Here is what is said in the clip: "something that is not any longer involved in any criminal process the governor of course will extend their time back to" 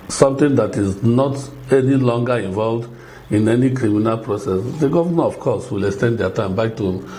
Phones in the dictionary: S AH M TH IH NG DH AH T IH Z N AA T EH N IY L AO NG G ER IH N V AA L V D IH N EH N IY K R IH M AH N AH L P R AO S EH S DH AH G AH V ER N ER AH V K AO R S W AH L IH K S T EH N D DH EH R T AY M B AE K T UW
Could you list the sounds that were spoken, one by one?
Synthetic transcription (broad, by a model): S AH M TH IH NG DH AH T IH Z N AA T EH N IY L AO NG G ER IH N V AA L V D IH N EH N IY K R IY M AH N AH L P R AO S EH S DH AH G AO V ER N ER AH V K AO S W AH L IH K S T EH N D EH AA T AY M B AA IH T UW